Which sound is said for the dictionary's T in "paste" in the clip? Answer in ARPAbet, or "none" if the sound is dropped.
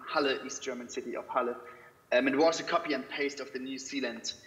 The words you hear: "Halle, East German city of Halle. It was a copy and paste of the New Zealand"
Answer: T